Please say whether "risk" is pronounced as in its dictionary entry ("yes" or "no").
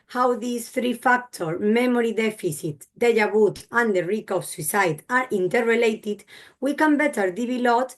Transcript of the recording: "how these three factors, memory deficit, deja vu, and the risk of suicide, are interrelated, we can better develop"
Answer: no